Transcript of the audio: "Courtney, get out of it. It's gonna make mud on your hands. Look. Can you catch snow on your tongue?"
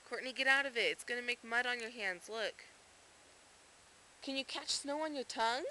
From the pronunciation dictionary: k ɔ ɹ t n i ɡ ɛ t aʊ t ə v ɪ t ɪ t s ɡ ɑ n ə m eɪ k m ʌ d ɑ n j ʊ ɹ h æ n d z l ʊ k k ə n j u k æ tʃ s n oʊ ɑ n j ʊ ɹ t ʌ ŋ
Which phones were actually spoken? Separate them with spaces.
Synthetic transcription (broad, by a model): k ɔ ɹ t n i ɡ ɛ t aʊ t ə v ɪ t ɪ t s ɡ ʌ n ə m eɪ k m ʌ d n j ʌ ɹ h æ n d z l ʊ k k ə n j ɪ k æ tʃ s n oʊ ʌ n j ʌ ɹ t ʌ ŋ